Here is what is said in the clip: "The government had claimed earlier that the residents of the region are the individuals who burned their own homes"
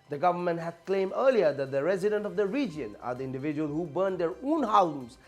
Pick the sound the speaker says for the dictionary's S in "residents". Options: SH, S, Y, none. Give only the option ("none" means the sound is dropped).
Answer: none